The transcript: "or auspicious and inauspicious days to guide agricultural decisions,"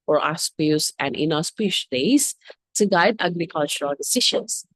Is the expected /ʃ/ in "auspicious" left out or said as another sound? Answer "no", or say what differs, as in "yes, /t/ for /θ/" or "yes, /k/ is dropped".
yes, /ʃ/ is dropped